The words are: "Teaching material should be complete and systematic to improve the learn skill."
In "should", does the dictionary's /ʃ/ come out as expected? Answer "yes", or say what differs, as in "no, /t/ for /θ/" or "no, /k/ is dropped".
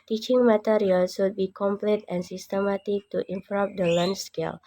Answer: no, /s/ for /ʃ/